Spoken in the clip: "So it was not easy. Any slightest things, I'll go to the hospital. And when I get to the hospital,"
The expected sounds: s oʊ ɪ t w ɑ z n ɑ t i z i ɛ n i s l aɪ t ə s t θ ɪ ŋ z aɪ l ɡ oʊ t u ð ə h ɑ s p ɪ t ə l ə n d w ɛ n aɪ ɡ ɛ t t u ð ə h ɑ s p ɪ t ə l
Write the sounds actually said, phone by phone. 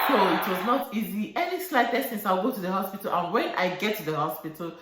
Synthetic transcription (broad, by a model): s oʊ ɪ t w ɑ z n ɑ t i z i ɛ n i s l aɪ t ə s t s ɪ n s aɪ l ɡ oʊ t u ð ə h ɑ s p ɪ t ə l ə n w ɛ n aɪ ɡ ɛ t t u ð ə h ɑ s p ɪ t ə l